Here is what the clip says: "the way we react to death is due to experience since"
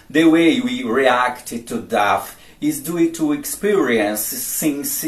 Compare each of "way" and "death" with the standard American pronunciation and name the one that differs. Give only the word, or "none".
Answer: death